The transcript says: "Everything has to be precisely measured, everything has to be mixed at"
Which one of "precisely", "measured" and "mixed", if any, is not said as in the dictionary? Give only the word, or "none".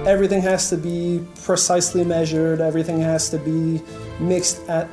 none